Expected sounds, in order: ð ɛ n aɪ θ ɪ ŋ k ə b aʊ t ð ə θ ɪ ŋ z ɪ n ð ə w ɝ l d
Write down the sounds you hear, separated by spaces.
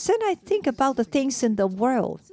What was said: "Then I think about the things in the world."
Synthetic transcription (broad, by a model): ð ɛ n aɪ θ ɪ ŋ k ə b aʊ t ð ə θ ɪ ŋ z ɪ n ð ə w ɝ l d